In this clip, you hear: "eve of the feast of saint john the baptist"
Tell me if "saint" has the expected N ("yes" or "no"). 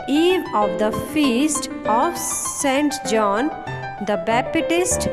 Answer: yes